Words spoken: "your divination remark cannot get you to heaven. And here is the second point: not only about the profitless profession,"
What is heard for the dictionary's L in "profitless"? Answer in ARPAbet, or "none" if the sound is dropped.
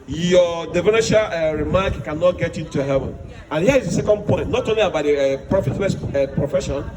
W